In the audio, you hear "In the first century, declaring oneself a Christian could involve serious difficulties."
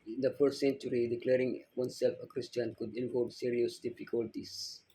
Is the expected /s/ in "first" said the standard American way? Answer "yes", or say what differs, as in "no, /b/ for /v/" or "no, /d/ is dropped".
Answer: no, /s/ is dropped